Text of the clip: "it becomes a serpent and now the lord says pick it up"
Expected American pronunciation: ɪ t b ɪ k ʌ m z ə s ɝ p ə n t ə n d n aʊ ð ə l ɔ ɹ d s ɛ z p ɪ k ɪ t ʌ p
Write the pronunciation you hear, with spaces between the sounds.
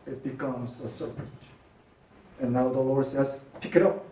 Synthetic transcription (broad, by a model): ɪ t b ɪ k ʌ m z ə s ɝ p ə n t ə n n aʊ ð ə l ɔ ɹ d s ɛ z p ɪ k ɪ t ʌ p